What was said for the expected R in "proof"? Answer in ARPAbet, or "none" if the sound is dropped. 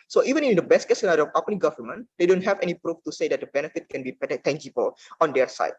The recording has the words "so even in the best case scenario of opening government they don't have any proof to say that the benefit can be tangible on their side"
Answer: R